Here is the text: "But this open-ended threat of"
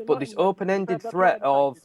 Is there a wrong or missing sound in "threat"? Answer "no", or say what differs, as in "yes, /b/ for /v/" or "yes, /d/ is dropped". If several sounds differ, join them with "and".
no